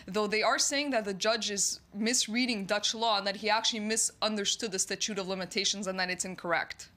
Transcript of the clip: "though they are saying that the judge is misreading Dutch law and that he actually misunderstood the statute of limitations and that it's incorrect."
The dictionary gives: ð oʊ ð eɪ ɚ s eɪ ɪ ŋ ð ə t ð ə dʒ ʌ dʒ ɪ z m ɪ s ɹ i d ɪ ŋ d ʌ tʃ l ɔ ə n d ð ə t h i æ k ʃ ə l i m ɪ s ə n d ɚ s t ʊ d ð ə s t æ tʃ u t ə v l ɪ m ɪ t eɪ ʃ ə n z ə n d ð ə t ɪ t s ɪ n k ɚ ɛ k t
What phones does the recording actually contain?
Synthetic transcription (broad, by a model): ð oʊ ð eɪ ɚ s eɪ ɪ ŋ ð ə t ð ə dʒ ʌ dʒ ɪ z m ɪ s ɹ i d ɪ ŋ d ʌ tʃ l ɔ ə n ð ə t h i æ k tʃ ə l i m ɪ s ə n d ɚ s t ʊ d ð ə s t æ tʃ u t ə v l ɪ m ɪ t eɪ ʃ ə n z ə n ð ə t ɪ t s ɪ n k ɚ ɛ k t